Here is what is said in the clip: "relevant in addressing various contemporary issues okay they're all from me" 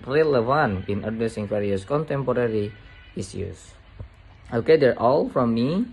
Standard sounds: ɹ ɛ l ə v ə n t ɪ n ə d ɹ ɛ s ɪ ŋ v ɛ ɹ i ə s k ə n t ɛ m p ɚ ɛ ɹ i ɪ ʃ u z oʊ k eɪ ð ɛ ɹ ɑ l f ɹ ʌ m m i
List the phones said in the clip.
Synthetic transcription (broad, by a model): ɹ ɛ l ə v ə n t ɪ n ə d ɛ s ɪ ŋ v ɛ ɹ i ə s k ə n t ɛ m p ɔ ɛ ɹ i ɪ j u s oʊ k eɪ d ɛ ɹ ɑ l f ɹ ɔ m m i